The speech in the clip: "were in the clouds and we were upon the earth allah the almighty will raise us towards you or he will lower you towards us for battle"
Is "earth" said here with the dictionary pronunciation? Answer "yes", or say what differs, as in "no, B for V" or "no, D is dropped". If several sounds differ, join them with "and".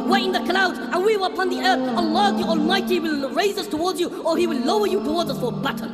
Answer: yes